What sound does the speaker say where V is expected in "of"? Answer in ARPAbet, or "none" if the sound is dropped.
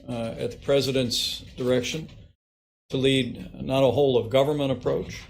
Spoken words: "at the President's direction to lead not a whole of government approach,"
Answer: V